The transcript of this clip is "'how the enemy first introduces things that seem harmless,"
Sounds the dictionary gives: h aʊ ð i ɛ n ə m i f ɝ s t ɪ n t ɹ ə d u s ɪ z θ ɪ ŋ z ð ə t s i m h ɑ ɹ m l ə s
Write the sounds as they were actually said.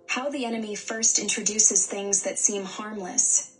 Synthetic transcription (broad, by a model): h aʊ ð i ɛ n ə m i f ɝ s t ɪ n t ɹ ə d u s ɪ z θ ɪ ŋ z ð ə t s i m h ɑ ɹ m l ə s